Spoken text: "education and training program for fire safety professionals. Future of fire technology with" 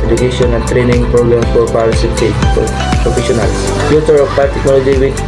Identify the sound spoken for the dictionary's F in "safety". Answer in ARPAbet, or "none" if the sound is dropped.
none